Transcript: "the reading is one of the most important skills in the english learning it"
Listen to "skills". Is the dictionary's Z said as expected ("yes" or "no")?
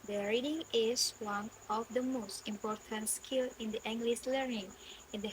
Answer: no